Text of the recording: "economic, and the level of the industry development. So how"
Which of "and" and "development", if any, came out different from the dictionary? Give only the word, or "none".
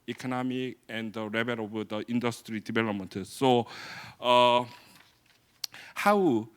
development